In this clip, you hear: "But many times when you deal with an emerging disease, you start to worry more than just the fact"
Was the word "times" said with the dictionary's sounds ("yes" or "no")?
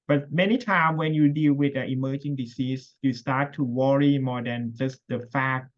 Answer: no